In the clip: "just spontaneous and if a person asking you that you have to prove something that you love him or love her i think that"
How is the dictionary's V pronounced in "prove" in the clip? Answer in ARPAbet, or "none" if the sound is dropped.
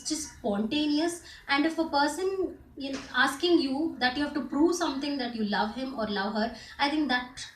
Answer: V